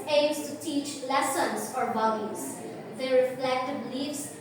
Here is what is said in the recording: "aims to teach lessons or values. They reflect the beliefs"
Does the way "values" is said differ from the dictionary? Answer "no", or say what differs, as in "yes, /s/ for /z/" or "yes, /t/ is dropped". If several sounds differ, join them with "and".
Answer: yes, /b/ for /v/